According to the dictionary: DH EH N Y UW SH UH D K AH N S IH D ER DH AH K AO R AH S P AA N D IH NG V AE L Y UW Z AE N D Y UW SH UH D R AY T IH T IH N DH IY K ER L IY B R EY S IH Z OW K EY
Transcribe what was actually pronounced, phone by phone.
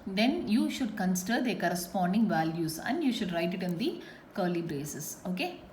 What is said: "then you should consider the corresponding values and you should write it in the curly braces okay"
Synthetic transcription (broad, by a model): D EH N Y UW SH UH D K AH N S IH D ER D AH K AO R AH S P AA N D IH NG V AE L Y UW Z AE N D Y UW SH UH D R AY T IH T IH N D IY K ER L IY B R EY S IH S OW K EY